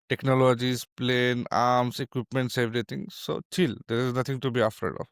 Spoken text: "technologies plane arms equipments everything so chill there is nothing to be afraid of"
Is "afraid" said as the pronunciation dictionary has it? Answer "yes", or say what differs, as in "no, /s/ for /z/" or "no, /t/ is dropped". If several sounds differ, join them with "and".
no, /ɹ/ is dropped